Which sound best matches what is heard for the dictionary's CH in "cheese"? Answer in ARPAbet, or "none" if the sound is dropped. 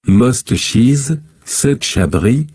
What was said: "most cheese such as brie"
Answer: CH